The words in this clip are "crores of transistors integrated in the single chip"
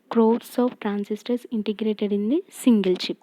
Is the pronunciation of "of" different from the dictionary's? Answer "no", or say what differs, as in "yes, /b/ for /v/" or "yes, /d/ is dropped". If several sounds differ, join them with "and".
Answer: yes, /p/ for /v/